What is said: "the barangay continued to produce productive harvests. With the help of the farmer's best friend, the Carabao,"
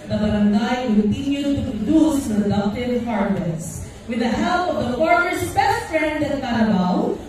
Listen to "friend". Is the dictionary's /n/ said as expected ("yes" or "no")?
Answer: yes